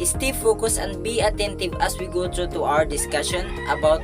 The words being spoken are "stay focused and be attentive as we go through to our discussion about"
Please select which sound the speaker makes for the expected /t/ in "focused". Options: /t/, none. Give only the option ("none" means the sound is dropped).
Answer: none